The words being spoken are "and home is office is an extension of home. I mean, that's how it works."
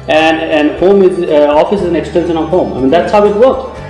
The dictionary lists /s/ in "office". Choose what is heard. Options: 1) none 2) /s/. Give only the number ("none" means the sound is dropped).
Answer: 2